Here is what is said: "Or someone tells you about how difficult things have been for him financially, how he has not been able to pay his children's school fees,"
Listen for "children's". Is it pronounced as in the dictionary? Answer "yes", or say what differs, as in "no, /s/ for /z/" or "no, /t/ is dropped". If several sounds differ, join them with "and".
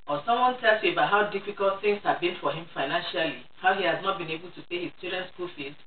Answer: no, /l/ is dropped